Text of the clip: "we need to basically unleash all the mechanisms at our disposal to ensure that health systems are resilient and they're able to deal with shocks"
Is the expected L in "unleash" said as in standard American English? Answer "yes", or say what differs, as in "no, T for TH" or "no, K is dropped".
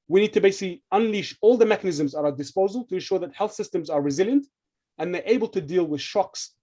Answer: yes